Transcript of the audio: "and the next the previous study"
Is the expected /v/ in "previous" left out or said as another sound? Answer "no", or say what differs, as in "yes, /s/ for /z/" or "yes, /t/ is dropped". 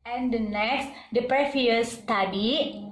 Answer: yes, /f/ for /v/